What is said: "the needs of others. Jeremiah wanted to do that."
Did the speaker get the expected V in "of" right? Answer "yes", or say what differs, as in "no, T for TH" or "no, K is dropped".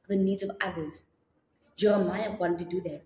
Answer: yes